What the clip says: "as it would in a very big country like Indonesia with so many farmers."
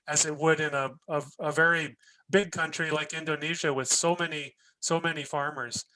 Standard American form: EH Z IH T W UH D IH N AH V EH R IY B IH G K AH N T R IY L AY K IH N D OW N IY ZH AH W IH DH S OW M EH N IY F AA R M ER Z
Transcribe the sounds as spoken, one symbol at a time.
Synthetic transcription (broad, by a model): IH Z IH T W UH D IH N AH V EH R IY B IH G K AH N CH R IY L AY K IH N D OW N IY ZH AH W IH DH S OW M EH N IY F AA R M ER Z